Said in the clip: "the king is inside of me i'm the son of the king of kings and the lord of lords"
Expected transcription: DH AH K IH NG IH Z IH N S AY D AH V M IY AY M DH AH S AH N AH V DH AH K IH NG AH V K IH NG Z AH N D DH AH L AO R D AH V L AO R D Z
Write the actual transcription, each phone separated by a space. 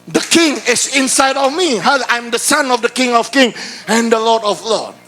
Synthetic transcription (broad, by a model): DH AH K IH NG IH S IH N S AY D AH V M IY AY M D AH S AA N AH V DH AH K IH NG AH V K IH NG AH N D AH L AO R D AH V L AO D